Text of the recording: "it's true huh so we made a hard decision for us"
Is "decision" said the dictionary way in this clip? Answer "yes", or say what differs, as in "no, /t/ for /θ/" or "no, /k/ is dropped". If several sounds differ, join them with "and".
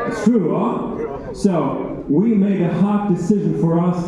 yes